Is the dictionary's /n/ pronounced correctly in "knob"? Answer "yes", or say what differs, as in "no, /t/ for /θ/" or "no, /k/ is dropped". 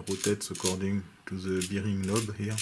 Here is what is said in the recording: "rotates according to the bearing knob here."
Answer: no, /l/ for /n/